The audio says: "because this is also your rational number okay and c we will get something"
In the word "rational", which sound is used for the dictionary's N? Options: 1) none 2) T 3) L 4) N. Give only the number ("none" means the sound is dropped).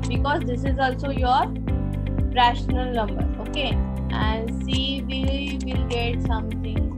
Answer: 4